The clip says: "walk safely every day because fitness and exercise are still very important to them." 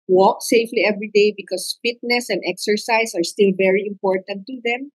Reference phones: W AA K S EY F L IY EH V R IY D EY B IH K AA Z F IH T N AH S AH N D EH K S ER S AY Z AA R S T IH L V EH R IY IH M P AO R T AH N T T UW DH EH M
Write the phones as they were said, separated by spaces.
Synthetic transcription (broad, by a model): W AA K S EY F L IY EH V R IY D EY B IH K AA S F IH T N AH S AH N D EH K S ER S AY S AA R S T IH L V EH R IY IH M P AO R T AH N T T UW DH EH M